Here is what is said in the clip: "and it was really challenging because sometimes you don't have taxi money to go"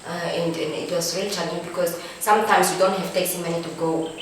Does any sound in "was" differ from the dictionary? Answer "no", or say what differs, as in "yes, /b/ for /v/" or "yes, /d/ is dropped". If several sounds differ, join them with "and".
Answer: yes, /s/ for /z/